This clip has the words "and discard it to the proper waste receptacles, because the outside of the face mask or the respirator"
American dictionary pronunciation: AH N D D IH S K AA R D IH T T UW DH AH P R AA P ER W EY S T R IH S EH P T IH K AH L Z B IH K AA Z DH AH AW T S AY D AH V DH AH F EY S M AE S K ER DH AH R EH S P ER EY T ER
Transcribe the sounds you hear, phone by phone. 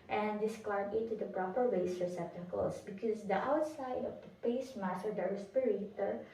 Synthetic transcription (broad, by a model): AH N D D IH S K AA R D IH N T UW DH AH P R AA P ER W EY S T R S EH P T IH K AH L S B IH K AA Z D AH AW T S AY D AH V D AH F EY S M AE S ER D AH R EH S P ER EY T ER